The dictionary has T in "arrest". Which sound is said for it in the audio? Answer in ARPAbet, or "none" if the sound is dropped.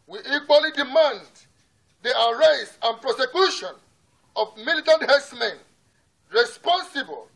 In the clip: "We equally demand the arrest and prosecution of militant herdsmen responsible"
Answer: none